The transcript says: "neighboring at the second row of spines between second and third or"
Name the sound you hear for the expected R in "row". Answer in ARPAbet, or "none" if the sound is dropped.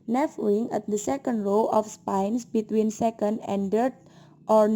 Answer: L